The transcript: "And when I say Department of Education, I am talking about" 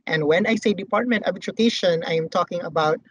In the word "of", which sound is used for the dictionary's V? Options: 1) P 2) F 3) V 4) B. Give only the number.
4